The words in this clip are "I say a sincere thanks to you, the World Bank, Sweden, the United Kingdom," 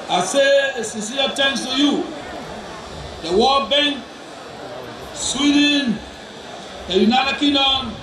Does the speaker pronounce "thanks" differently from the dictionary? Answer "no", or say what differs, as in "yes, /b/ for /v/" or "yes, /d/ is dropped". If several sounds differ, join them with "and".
yes, /k/ is dropped